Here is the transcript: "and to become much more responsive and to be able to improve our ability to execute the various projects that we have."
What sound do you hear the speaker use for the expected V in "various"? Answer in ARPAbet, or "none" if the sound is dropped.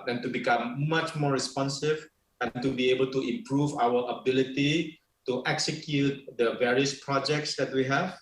V